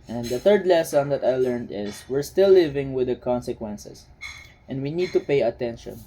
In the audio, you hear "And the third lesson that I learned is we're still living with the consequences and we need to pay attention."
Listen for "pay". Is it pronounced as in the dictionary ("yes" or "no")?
yes